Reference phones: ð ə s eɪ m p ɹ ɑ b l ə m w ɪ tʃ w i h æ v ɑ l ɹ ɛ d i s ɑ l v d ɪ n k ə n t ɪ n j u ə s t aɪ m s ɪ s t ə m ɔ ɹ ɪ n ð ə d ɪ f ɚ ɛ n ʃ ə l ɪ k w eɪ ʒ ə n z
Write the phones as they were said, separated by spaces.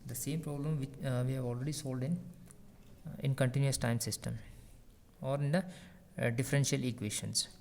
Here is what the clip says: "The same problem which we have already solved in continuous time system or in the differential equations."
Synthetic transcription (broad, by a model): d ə s eɪ m p ɹ ɑ b l ə m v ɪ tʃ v i h æ v ɑ l ɹ ɛ d i s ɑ l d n ɪ n k ə n t ɪ n j u ə s t aɪ m s ɪ s t ə m ɔ ɹ ɪ n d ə d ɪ f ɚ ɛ n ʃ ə l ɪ k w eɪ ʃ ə n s